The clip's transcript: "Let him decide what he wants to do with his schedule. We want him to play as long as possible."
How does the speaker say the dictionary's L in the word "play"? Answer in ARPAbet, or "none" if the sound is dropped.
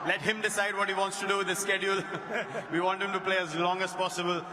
L